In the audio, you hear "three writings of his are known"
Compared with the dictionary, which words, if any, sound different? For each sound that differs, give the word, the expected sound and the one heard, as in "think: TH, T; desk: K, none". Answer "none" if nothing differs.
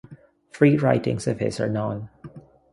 three: TH, F